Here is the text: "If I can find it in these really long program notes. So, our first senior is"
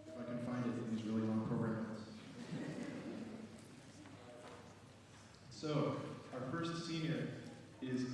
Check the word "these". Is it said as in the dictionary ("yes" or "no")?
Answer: yes